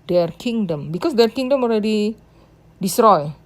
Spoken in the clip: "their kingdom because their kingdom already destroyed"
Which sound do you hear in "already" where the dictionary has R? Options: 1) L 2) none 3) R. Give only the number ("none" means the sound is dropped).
3